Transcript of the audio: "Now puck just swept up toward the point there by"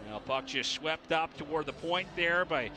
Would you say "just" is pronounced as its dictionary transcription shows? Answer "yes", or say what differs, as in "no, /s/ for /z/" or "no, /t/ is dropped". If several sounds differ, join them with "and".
no, /tʃ/ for /dʒ/